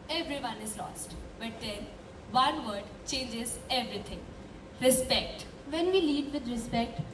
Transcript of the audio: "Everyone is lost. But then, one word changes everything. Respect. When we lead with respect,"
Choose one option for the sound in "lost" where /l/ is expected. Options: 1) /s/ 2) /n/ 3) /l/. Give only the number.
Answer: 3